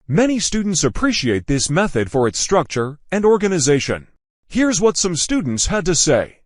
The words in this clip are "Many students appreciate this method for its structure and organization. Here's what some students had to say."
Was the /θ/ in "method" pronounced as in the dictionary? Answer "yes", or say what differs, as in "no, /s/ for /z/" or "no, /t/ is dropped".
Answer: yes